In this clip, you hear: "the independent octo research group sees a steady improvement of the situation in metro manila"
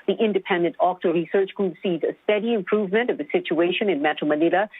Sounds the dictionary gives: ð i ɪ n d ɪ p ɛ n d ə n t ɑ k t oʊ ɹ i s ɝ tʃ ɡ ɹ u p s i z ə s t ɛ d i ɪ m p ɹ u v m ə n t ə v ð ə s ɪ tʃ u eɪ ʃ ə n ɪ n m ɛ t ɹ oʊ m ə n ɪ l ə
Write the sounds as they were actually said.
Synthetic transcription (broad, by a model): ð i ɪ n d ɪ p ɛ n d ə n t ɑ k t oʊ ɹ i s ɝ tʃ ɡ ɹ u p s i z ə s t ɛ d i ɪ m p ɹ u v m ə n t ə v ð ə s ɪ tʃ u eɪ ʃ ə n ɪ n m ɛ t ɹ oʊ m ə n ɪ l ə